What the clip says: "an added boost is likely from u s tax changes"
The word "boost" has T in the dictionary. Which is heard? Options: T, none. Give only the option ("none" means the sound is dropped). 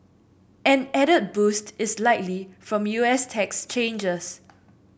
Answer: T